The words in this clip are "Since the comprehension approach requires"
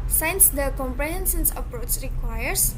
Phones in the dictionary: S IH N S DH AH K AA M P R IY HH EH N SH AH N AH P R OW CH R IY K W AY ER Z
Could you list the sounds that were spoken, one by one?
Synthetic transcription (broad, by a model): S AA N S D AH K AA M P R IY HH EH N S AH N AH P R OW CH R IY K W AY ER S